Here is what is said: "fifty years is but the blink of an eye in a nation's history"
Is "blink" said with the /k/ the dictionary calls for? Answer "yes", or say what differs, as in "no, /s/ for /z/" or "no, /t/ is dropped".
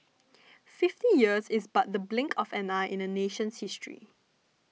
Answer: yes